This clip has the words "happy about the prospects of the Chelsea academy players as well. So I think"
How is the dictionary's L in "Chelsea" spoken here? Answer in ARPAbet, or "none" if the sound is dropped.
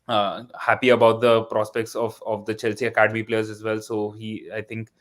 L